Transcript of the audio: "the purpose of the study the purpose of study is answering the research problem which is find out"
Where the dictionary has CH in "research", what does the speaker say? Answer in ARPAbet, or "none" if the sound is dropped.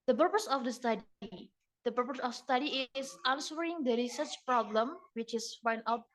CH